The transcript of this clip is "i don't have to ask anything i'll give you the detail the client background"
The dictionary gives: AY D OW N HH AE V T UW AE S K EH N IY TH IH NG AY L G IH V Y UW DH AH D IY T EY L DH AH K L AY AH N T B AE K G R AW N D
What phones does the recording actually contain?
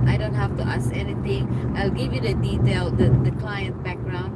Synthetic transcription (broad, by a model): AY D OW N HH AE F T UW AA S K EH N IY T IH NG AY L G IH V Y UW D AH D IY T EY L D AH K L AY AH N T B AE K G R AW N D